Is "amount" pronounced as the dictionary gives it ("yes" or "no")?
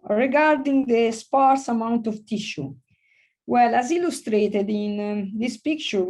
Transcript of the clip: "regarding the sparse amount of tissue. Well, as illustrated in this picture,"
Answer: yes